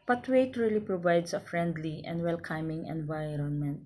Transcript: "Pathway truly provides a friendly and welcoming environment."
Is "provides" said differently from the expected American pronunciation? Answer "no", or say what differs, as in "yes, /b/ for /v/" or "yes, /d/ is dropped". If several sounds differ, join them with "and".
yes, /s/ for /z/